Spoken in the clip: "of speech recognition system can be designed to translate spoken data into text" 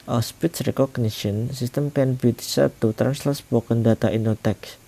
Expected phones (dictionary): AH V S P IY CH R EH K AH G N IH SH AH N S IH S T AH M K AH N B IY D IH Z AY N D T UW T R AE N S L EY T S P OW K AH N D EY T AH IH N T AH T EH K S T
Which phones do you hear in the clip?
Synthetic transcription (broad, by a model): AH S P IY S R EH K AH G N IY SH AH N S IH S T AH M K AH N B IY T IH S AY T UW T R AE N S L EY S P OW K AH N D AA T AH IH N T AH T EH K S